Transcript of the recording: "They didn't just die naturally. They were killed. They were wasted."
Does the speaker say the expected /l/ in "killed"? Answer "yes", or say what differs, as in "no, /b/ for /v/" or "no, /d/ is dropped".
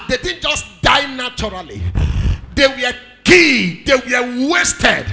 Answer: no, /l/ is dropped